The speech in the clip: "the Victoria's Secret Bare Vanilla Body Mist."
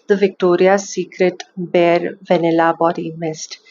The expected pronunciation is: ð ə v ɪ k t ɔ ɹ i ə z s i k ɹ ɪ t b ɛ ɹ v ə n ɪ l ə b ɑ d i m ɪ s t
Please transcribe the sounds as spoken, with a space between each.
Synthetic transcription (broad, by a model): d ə v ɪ k t ɔ ɹ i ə s i k ɹ ɪ t b ɛ ɹ v ə n ɪ l ə b ɑ d i m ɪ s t